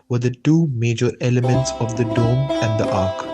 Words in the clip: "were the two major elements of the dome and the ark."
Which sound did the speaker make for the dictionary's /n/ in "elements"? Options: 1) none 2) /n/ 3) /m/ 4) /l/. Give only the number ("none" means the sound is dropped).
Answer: 2